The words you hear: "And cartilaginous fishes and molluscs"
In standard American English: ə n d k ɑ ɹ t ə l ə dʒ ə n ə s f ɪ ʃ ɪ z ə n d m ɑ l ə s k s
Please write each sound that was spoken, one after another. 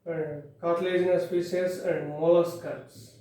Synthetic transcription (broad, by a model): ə n d k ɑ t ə l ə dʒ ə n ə s p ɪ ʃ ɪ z ə n d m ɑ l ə s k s